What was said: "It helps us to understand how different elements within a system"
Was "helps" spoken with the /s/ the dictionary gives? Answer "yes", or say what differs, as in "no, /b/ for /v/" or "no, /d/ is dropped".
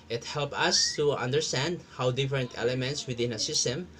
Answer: no, /s/ is dropped